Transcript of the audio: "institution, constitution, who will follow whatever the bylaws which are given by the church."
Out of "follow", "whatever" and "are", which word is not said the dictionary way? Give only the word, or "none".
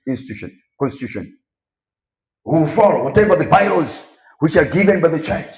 whatever